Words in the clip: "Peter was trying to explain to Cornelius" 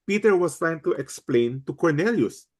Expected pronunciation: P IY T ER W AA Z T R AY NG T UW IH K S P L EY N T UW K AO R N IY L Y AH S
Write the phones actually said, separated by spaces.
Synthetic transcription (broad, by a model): P IY T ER W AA S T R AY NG T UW IH K S P L EY N T UW K AO R N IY L Y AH S